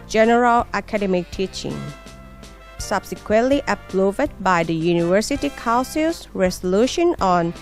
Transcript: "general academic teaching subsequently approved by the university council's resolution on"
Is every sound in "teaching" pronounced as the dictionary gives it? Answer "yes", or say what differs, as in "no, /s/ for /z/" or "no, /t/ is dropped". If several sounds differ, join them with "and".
yes